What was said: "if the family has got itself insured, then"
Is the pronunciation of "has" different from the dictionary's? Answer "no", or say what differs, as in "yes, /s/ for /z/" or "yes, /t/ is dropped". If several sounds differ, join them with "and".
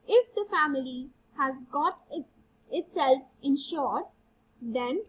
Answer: no